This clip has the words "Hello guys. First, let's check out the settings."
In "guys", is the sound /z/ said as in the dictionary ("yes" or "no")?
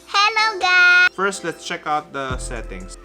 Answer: no